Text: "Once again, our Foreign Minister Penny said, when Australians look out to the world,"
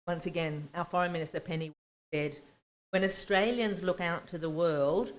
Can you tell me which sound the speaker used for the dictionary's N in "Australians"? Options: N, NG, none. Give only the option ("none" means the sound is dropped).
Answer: N